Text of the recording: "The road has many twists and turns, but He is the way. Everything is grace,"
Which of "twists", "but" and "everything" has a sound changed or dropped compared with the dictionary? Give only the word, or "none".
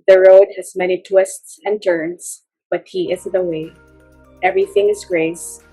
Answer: none